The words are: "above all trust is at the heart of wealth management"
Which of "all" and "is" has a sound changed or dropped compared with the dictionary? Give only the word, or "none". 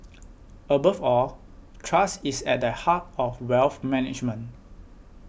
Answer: is